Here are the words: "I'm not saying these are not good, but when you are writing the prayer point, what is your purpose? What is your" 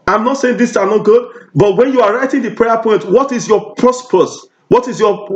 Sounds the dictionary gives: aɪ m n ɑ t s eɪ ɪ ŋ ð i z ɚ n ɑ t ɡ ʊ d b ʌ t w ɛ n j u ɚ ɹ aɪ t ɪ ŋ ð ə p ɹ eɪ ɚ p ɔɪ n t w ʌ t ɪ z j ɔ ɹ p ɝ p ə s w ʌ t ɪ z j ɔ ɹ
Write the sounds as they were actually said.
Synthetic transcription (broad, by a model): aɪ m n ɑ t s eɪ ɪ ŋ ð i s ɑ n ɑ t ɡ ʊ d b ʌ t w ɛ n j u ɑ ɹ aɪ t ɪ ŋ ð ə p ɹ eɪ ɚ p ɔɪ n t w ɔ t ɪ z j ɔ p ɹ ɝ p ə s w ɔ t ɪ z j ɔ